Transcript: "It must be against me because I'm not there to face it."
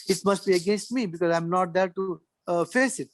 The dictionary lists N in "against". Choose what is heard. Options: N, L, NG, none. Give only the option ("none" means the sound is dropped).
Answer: N